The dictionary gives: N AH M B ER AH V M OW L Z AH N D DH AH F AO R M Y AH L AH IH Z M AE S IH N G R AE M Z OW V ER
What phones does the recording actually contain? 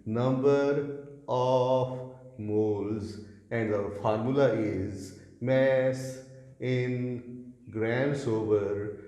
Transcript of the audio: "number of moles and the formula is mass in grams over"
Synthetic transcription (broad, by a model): N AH M B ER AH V M OW L Z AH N D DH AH F AO R M Y AH L AH IH Z M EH S IH N G R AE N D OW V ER